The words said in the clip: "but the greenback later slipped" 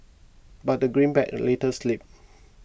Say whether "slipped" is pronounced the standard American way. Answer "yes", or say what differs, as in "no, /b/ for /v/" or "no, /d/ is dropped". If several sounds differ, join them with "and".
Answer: no, /t/ is dropped